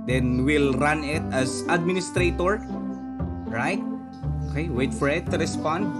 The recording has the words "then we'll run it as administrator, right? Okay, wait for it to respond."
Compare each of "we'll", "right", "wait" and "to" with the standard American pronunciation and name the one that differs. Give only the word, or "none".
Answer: none